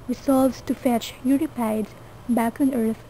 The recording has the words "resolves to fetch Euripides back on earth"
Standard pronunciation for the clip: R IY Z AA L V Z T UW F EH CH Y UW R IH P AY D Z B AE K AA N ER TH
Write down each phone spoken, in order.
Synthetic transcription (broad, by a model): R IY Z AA L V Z T UW F EH CH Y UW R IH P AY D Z B AE K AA N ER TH